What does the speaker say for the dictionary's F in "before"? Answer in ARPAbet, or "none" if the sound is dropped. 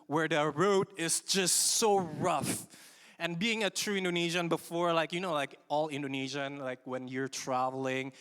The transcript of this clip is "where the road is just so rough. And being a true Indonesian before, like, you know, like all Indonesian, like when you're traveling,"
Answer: F